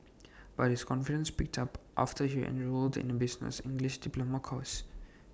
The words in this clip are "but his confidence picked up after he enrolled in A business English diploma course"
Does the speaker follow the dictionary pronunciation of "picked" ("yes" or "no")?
yes